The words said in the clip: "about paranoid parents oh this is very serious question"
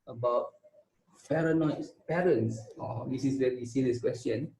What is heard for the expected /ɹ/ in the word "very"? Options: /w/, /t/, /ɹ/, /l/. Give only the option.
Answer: /w/